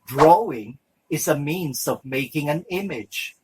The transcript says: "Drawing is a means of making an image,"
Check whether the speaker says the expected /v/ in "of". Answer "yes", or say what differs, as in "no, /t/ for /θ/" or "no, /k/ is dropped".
yes